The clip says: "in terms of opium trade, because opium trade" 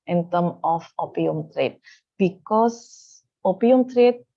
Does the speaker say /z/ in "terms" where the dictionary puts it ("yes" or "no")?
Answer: no